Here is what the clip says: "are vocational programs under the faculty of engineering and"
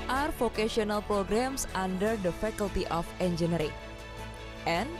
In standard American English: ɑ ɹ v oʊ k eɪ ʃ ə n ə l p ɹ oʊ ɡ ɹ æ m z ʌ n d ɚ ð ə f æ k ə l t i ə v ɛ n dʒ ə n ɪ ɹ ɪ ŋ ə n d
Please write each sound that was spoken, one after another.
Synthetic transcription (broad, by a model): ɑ ɹ f oʊ k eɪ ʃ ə n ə l p ɹ oʊ ɡ ɹ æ m s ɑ n d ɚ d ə f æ k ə l t i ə f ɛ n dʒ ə n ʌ ɹ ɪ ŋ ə n